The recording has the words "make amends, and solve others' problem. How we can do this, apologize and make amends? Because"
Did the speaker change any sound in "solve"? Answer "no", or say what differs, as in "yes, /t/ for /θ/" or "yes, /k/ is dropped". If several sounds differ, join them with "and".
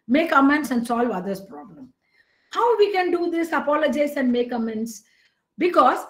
no